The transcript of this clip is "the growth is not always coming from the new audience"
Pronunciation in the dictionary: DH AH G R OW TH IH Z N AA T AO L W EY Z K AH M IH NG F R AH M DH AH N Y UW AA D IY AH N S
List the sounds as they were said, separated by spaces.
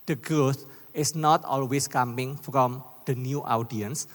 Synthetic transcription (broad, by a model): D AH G OW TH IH S N AA T AO L W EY S K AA M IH NG F R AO M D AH N Y UW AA D IY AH N S